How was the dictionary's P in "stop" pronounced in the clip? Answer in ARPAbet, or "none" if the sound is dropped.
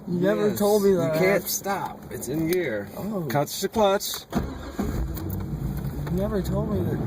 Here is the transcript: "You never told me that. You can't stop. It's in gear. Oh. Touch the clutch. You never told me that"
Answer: P